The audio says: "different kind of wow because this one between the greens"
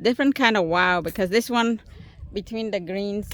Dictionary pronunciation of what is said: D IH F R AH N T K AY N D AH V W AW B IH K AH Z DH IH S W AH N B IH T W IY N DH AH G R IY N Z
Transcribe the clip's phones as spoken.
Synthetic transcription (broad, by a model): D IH F R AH N K AY N D AH V W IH B IH K AH Z DH IH S W AH N B IH T W IY N DH AH G R IY N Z